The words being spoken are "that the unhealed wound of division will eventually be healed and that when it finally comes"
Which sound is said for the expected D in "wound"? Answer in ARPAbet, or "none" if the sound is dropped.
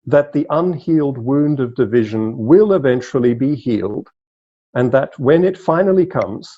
D